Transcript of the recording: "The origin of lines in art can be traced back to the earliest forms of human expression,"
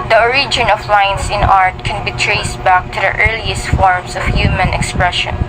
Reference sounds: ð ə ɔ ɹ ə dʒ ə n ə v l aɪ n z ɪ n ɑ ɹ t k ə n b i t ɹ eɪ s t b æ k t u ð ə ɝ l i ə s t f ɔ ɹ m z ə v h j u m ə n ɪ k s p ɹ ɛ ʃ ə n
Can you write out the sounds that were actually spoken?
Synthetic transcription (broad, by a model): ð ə ɔ ɹ ə dʒ ə n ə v l aɪ n s ɪ n ɑ ɹ t k ə n b i t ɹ eɪ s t b æ k t u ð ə ɝ l i ə s t f ɔ ɹ m s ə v h j u m ə n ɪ k s p ɹ ɛ ʃ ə n